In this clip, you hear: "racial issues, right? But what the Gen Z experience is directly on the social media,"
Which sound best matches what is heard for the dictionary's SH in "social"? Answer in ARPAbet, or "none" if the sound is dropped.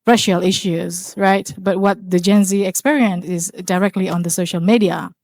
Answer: SH